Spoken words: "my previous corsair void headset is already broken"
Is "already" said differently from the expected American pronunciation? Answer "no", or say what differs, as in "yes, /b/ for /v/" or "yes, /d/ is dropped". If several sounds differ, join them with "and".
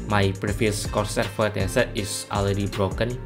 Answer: yes, /l/ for /ɹ/